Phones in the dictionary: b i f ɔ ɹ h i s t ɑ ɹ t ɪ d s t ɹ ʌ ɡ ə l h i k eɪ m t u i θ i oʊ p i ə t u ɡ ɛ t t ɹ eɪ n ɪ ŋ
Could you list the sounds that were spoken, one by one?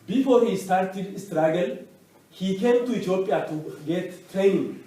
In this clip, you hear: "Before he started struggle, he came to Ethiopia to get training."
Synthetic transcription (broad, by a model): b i f ɔ ɹ h i s t ɑ ɹ t ɪ d s t ɹ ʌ ɡ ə l h i k eɪ m t u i t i oʊ p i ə t u ɡ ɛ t t ɹ eɪ n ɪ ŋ